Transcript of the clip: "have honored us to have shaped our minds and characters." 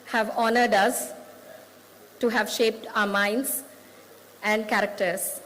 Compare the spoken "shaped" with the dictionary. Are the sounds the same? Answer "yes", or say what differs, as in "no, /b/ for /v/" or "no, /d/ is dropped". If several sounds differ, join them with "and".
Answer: yes